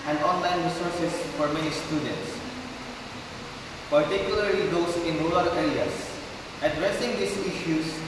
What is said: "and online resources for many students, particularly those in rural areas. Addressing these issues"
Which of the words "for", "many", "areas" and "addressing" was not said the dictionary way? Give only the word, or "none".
areas